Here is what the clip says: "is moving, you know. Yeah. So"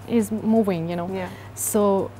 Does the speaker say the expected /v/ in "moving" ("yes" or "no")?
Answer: no